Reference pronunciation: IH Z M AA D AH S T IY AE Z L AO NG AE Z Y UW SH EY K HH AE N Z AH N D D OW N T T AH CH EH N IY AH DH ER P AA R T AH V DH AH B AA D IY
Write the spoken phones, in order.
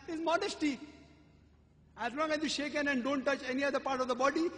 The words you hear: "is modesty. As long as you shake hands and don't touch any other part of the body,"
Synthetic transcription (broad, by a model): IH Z M AA D AH S T IY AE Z L AO NG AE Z Y UW SH EY K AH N AH N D D OW N T T AH CH EH N IY AH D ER P AA R T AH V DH AH B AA D IY